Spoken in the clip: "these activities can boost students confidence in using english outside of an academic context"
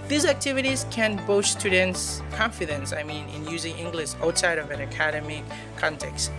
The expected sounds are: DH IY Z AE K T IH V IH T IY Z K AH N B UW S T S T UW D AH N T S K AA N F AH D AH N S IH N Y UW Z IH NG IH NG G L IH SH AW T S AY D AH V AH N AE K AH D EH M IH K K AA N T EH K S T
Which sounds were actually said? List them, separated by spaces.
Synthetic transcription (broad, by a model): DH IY Z AE K T IH V IH T IY Z K AH N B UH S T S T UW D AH N T S K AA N F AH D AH N S IH N Y UW Z IH NG IH NG G L IH SH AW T S AY D AH V AH N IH K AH D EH M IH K K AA N T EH K S T